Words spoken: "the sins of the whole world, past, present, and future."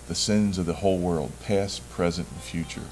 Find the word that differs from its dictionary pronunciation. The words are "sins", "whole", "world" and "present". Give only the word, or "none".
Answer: none